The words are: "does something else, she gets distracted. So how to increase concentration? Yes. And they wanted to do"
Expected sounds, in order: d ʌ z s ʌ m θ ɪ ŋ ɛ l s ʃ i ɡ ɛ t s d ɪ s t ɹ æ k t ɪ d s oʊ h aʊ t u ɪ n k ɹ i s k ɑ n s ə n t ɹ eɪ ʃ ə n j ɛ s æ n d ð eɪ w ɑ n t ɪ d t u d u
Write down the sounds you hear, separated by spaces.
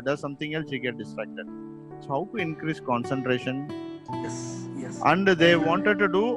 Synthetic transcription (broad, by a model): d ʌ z s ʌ m t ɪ ŋ ɛ l s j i ɡ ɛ t d ɪ s t ɹ æ k t ɪ d s oʊ h aʊ t u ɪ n k ɹ i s k ɑ n s ə n t ɹ eɪ ʃ ə n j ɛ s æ n d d eɪ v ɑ n t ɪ d t u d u